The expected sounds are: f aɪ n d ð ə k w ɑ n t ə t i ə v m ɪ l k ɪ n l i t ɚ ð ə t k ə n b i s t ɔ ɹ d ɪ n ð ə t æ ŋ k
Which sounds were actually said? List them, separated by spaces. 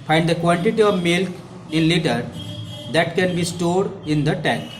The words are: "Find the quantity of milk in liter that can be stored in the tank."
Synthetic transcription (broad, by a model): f aɪ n d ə k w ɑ n t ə t i ə v m ɪ l k ɪ n l i t ɚ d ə t k ə n b i s t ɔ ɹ d ɪ n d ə t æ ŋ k